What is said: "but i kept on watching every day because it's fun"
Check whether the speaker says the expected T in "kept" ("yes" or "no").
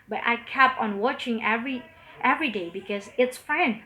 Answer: no